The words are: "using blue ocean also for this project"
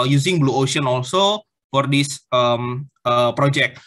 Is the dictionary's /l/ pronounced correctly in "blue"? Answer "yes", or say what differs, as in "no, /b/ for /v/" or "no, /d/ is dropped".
yes